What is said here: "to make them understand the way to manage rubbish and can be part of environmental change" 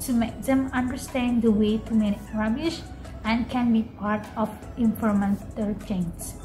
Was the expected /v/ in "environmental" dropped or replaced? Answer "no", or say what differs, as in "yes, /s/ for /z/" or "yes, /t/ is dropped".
yes, /f/ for /v/